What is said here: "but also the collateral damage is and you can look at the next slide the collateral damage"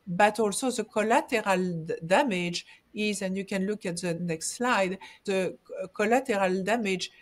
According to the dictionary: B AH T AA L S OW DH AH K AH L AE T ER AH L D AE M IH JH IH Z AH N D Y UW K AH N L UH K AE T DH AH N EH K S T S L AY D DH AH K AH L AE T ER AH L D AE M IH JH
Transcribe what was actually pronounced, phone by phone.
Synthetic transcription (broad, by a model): B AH T AA L S OW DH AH K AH L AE T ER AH L D AE M IH JH IH Z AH N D Y UW K AH N L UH K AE T DH AH N EH K S T S L AY D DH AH K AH L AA T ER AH L D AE M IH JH